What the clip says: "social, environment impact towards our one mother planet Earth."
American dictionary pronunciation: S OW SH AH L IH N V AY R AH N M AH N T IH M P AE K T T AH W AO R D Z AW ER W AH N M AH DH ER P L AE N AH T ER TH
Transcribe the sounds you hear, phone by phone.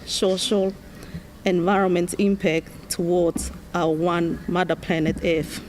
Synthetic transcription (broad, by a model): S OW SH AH L IH N V AY R AH N M AH N T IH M P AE K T T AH W AO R D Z AW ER W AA N M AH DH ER P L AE N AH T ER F